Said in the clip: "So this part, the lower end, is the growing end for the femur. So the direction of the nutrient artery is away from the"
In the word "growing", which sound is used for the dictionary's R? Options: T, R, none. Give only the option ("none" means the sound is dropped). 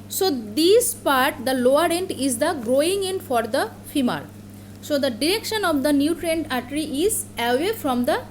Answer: R